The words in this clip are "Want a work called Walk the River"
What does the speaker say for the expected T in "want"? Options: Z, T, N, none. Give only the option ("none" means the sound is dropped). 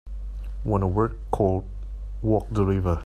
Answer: none